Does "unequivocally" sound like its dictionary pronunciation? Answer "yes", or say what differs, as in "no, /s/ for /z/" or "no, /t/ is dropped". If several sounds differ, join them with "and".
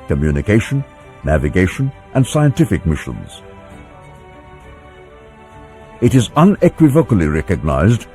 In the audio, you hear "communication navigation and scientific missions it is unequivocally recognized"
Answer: yes